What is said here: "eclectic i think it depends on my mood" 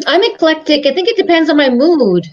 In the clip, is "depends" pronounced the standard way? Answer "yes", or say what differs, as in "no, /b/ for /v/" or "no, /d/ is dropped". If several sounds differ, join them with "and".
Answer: yes